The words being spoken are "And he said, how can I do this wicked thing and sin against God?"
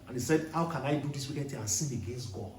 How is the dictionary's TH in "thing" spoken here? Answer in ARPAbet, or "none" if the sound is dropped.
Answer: T